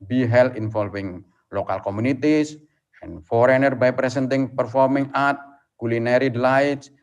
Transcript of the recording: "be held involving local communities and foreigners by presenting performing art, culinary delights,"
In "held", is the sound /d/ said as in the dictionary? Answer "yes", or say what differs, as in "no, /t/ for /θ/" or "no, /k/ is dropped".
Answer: no, /d/ is dropped